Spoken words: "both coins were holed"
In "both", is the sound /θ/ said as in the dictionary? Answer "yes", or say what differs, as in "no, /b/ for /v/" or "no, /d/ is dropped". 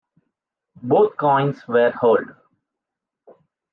no, /t/ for /θ/